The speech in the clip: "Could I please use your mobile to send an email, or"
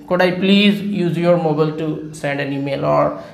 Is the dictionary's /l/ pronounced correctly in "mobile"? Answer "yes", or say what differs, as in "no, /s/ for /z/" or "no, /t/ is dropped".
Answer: yes